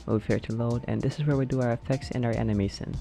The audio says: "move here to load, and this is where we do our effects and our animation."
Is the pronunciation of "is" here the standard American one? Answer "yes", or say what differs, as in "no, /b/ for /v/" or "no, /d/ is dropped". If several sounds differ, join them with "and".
yes